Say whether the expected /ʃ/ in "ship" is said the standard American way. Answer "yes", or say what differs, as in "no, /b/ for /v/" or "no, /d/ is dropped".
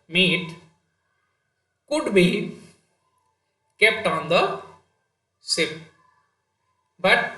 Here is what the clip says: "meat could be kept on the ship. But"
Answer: no, /s/ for /ʃ/